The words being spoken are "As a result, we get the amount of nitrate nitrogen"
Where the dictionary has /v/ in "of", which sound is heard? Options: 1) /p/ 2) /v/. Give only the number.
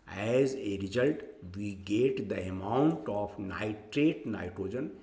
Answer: 1